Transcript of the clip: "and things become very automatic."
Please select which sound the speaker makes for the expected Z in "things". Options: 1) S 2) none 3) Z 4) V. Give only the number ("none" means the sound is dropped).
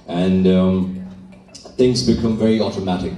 3